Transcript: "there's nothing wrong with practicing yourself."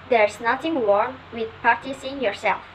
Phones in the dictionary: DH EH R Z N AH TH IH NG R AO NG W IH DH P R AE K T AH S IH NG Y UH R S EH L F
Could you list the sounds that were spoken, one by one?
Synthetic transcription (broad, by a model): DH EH R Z N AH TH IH NG W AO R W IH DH P AA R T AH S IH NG Y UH R S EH L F